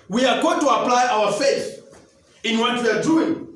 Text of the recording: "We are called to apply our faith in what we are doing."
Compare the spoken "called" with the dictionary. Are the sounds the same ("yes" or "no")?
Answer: no